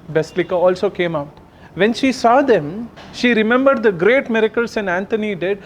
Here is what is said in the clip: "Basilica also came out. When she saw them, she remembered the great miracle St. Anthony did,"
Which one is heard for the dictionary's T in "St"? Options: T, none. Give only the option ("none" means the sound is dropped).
none